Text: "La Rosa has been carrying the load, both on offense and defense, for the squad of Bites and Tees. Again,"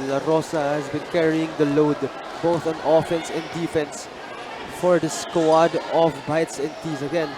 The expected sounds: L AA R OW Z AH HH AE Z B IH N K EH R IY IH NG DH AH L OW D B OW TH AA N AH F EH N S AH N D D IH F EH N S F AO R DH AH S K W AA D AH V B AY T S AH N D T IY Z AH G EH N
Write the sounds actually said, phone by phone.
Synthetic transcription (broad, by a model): L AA R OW S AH HH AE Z B IH N K EH R IY IH NG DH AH L OW D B OW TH AA N AH F EH N S AH N D D IH F EH N S F AO R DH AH S K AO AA D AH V B AY T S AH N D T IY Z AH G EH N